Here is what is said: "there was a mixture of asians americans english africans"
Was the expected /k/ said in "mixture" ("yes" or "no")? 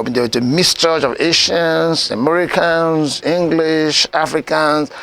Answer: no